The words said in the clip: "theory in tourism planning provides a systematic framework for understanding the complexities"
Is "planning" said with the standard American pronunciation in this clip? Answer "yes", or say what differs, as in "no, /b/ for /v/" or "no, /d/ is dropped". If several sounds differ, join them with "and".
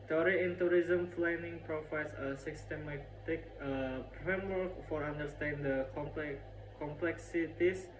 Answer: no, /f/ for /p/